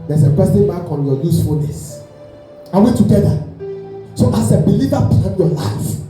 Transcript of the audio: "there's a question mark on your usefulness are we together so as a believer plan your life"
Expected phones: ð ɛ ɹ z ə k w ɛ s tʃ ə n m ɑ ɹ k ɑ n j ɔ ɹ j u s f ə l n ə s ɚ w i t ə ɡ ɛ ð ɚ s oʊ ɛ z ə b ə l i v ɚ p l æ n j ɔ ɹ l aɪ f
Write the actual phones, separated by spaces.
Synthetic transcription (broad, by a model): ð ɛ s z ə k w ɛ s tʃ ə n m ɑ k ɑ n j ɔ j u s f ə l n ə s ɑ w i t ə ɡ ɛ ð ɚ s oʊ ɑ s ə b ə l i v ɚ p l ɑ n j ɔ l aɪ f